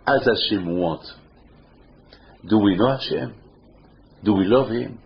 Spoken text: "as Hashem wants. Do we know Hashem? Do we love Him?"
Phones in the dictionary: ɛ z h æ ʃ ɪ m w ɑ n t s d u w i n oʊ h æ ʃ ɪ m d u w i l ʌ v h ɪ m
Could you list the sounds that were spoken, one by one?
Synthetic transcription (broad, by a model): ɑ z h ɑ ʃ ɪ m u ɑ t d u w i n oʊ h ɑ ʃ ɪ m d u w i l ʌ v h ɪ m